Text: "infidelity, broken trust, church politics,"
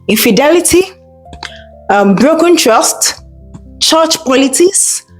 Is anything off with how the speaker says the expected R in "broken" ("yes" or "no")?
no